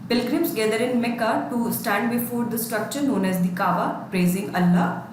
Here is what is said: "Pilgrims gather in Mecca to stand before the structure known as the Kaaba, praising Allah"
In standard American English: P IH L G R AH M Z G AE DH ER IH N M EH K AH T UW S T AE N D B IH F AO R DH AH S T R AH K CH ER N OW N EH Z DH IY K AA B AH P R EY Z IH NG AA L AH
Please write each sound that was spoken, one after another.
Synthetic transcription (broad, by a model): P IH L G R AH M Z G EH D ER IH N M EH K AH T UW S T AE N D B IH F AO R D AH S T R AH K CH ER N OW N EH Z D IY K AA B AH P R EY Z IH NG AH L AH